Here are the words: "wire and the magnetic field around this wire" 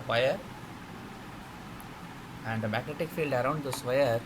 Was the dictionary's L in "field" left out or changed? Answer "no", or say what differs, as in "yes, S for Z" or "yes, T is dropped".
no